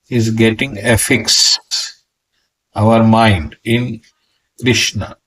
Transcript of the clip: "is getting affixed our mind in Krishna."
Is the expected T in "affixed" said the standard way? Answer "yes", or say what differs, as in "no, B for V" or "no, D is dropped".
no, T is dropped